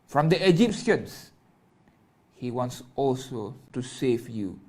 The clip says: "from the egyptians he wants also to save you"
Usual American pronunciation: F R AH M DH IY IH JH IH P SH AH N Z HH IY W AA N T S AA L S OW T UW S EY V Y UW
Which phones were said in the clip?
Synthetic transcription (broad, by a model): F R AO M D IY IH JH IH P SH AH N S HH IY W AA N T S AA L S OW T UW S EY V Y UW